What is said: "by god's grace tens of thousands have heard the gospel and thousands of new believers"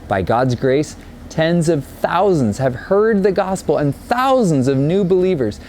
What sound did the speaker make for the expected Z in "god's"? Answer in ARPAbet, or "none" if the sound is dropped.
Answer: Z